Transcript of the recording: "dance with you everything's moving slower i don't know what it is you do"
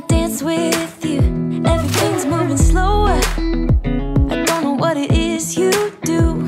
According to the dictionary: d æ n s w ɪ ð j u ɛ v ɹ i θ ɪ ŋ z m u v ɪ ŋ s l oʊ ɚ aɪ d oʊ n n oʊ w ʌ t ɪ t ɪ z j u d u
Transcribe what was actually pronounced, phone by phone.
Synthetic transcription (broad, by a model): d æ n s w ɪ ð j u ɛ v ɹ i θ ɪ ŋ z m u v ɪ ŋ s l oʊ ɚ aɪ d oʊ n n oʊ w ʌ t ɪ t ɪ z j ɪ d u